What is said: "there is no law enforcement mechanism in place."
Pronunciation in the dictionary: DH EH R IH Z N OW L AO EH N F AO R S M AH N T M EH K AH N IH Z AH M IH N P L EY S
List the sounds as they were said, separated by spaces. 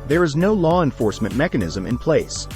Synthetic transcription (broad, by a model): DH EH R IH Z N OW L AO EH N F AO R S M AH N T M EH K AH N IH Z AH M IH N P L EY S